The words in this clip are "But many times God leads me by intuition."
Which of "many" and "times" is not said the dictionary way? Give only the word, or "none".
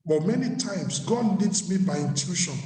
times